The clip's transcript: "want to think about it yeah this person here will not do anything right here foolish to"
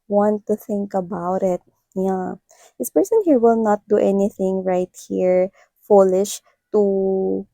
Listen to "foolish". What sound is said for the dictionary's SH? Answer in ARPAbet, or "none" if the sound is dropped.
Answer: SH